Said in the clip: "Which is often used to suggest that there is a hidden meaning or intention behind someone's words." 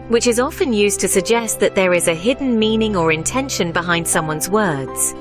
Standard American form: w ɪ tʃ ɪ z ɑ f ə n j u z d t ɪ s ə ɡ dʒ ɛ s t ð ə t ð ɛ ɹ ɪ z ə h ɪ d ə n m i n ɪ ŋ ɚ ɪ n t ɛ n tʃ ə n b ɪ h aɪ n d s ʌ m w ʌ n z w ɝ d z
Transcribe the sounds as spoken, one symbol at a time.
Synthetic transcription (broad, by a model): w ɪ tʃ ɪ z ɑ f ə n j u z t ɪ s ə ɡ dʒ ɛ s t ð ə t ð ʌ ɹ ɪ z ə h ɪ d n m i n ɪ ŋ ɚ ɪ n t ɛ n ʃ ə n b ɪ h aɪ n d s ʌ m w ʌ n z w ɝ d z